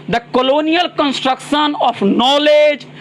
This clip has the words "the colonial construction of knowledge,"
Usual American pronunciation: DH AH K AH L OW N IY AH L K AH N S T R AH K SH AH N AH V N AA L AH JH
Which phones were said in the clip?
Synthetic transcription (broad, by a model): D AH K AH L OW N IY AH L K AH N S T R AH K SH AH N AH P N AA L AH JH